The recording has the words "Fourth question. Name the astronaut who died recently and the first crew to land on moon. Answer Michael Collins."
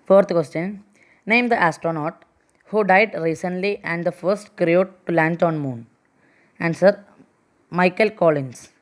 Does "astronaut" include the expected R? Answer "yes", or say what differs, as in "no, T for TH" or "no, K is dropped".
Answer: yes